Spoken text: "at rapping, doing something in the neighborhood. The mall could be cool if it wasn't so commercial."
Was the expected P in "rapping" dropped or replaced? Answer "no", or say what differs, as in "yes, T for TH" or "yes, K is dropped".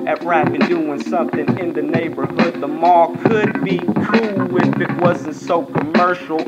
yes, B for P